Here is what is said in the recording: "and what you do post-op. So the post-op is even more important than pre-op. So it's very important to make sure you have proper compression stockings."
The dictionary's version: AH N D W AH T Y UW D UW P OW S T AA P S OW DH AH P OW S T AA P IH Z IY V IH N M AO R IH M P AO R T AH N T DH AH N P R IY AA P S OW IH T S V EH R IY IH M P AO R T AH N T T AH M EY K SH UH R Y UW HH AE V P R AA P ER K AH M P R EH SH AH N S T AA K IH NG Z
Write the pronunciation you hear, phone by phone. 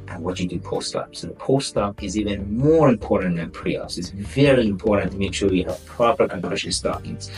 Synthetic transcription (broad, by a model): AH N W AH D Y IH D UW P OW S T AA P S OW DH AH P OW S T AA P IH Z IY V IH N M AO R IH M P AO R T N DH AH N P R IY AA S IH T S V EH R IY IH M P AO R T N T T AH M EY K SH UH W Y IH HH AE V P R AA P ER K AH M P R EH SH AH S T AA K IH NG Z